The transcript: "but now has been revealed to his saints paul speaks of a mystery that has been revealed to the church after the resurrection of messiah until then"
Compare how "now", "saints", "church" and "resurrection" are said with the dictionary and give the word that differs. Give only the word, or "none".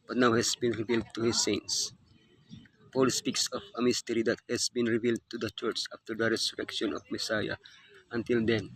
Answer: resurrection